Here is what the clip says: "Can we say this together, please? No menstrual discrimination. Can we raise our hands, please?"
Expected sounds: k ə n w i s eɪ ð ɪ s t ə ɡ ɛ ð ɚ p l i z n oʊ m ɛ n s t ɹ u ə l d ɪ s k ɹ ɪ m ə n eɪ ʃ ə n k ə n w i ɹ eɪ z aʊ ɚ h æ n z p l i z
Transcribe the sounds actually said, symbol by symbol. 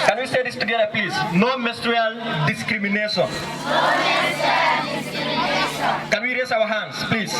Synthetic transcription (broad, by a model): k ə n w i s eɪ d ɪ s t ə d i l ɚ p l i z n oʊ m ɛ s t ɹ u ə l d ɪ s k ɹ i m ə n eɪ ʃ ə n k ə n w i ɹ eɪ s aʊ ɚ h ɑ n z p l i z